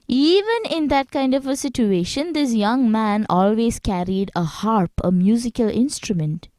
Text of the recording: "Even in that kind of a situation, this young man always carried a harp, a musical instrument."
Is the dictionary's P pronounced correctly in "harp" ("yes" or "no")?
yes